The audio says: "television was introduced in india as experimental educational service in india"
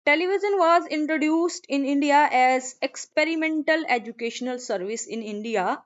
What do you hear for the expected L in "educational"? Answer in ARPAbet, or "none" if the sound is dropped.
L